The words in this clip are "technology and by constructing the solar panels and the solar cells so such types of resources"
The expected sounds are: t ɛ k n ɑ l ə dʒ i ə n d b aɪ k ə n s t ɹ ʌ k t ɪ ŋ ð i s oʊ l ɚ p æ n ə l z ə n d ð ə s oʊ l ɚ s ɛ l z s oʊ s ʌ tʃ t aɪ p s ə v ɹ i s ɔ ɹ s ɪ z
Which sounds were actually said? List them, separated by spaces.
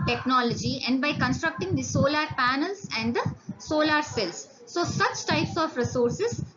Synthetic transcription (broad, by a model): t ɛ k n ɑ l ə dʒ i ə n d b aɪ k ə n s t ɹ ʌ k t ɪ ŋ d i s oʊ l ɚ p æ n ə l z ə n d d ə s oʊ l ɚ s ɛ l s oʊ s ʌ tʃ t aɪ p s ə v ɹ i s ɔ ɹ s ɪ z